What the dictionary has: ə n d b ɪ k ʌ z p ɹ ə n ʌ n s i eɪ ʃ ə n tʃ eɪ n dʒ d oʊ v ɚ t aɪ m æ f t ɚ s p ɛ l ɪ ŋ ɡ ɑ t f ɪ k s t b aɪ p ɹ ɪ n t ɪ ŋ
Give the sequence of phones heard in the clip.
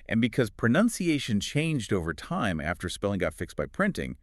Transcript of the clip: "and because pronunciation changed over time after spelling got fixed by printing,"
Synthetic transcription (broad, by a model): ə n b ɪ k ʌ z p ɹ ə n ʌ n s i eɪ ʃ ə n tʃ eɪ n dʒ d oʊ v ɚ t aɪ m æ f t ɚ s p ɛ l ɪ ŋ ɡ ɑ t f ɪ k s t b aɪ p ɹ ɪ n t ɪ ŋ